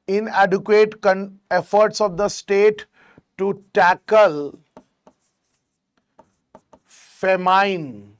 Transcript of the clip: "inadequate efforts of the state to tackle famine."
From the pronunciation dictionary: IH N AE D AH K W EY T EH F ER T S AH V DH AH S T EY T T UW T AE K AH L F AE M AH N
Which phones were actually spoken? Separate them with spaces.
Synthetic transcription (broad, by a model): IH N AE D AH K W EY T EH F ER T S AH V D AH S T EY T T UW T AE K AH L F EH M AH N